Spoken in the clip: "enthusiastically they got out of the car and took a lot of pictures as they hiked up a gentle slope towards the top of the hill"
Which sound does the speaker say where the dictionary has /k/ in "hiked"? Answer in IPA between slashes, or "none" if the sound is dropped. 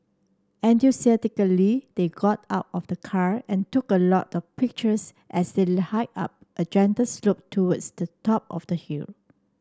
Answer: none